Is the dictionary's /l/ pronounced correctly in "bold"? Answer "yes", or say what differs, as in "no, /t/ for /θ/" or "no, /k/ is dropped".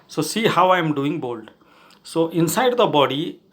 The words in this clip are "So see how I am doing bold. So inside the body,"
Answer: yes